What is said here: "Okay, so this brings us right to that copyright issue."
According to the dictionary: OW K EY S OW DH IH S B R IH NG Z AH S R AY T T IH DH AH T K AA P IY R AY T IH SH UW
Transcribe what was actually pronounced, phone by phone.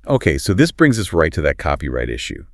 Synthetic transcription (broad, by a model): OW K EY S OW DH IH S B R IH NG Z AH S R AY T T IH DH AH T K AA P IY R AY T IH SH UW